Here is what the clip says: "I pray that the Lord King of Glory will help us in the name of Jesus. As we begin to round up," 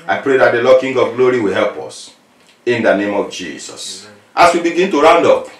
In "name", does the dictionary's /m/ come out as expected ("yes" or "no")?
yes